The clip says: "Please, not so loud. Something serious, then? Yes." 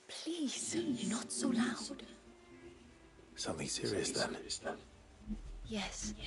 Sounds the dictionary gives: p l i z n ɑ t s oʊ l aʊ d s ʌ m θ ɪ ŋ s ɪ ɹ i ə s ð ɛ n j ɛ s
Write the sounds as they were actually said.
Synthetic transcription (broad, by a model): p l i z n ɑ t s oʊ l aʊ d s ʌ m θ ɪ ŋ s ɪ ɹ i ə s ð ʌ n j ɛ s